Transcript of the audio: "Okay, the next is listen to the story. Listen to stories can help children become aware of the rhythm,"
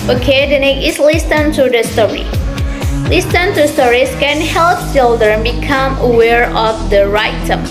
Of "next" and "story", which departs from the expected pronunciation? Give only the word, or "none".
next